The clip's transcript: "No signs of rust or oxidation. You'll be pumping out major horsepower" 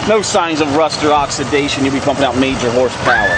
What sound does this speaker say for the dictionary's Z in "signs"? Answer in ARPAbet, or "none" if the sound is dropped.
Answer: Z